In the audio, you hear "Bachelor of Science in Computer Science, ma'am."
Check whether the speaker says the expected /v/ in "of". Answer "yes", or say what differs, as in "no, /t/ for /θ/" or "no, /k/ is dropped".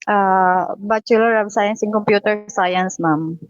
no, /b/ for /v/